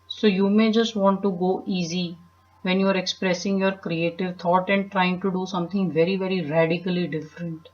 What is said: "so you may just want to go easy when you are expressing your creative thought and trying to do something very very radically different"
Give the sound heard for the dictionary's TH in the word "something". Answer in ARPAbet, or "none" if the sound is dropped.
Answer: T